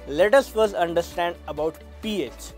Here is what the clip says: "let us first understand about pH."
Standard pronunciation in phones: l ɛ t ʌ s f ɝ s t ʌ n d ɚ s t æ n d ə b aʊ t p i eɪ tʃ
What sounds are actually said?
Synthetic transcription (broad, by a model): l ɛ t ʌ s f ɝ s ʌ n d ɚ s t æ n d ə b aʊ t p i eɪ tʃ